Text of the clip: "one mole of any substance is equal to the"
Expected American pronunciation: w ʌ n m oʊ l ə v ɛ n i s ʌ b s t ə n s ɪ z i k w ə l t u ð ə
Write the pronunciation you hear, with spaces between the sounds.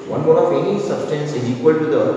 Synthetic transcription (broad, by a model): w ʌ n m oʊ n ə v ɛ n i s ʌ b s t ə n s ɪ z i k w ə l t u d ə